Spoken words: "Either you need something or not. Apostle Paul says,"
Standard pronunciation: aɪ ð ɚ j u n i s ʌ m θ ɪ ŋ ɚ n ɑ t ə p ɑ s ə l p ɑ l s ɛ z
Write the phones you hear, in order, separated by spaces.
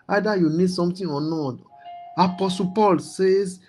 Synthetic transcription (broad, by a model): aɪ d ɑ j u n i s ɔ m t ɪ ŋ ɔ n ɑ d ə p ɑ s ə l p ɑ l s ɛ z